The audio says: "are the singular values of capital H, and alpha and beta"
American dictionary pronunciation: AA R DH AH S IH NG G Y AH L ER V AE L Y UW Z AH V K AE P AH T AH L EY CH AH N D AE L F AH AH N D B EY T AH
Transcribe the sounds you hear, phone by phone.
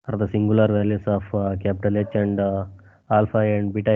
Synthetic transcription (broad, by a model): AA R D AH S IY NG G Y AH L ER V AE L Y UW S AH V K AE P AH T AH L EY CH AH N D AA L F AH AH N D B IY T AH